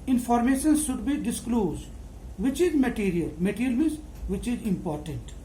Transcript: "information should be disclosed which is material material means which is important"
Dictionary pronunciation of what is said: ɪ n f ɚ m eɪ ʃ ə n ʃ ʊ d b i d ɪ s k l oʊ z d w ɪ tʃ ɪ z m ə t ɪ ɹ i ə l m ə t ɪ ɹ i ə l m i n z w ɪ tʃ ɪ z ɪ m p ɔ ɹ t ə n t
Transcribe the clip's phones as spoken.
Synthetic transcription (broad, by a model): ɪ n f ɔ m eɪ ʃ ə n ʃ ʊ d b i d ɪ s k l oʊ z d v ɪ tʃ ɪ z m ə t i ɹ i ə l m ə t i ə l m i z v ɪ tʃ ɪ z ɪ m p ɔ ɹ t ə n t